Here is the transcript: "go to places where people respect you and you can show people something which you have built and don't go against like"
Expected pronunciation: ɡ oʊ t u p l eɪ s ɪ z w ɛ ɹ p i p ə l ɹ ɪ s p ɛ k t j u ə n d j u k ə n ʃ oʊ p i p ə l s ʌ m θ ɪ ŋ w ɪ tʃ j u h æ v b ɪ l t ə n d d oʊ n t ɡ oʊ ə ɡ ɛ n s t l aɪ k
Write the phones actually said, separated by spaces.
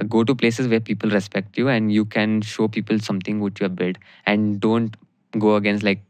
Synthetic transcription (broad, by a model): ɡ oʊ t u p l eɪ s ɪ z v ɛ ɹ p i p ə l ɹ ɪ s p ɛ k t j u ə n d j u k ə n ʃ oʊ p i p ə l s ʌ m t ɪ ŋ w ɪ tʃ j u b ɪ t ə n d d oʊ n t ɡ oʊ ə ɡ ɛ n s t l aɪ k